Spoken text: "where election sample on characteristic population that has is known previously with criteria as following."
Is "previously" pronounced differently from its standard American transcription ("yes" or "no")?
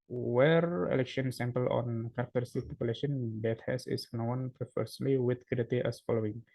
yes